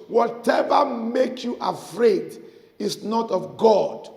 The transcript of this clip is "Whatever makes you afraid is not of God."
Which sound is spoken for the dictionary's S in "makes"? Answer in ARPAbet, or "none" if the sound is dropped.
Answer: none